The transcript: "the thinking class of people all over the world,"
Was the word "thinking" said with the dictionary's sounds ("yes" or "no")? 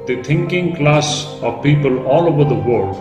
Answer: no